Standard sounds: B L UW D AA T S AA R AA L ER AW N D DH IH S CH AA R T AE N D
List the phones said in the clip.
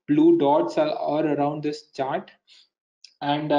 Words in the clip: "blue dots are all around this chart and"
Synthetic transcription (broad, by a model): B L UW D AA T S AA L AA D ER AW N D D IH S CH AA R T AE N D